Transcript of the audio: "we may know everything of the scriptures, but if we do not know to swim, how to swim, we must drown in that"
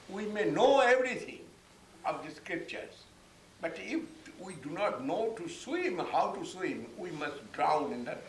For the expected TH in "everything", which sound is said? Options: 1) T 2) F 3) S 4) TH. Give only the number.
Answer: 1